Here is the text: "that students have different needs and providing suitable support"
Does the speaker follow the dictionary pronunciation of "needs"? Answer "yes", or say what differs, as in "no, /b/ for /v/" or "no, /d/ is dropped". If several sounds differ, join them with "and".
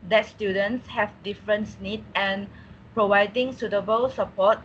no, /z/ is dropped